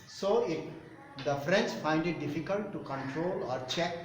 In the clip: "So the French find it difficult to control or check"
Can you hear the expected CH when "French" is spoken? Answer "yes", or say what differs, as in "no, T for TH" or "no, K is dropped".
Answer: no, S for CH